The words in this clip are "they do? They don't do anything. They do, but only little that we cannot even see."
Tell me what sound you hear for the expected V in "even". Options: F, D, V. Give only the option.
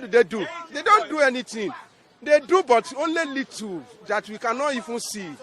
F